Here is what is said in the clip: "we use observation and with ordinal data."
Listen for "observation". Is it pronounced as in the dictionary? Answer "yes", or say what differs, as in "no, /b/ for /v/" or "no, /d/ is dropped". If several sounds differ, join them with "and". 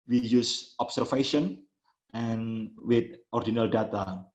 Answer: no, /f/ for /v/